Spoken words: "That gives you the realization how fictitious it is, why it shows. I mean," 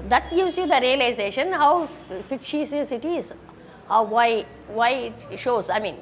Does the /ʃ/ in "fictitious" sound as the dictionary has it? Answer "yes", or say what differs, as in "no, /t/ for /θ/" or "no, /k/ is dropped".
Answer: no, /s/ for /ʃ/